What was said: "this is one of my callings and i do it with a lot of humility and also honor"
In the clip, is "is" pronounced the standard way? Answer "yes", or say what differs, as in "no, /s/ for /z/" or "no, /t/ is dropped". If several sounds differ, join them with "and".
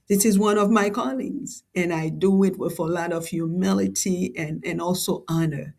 yes